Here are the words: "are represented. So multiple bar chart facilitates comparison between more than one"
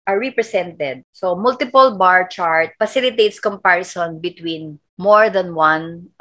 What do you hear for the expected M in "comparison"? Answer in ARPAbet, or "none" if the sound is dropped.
M